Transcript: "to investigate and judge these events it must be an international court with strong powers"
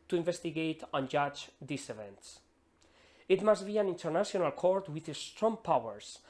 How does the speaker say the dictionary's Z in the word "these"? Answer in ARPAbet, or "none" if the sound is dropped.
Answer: S